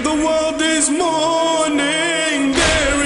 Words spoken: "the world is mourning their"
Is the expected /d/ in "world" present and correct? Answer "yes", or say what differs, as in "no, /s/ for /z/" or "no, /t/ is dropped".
yes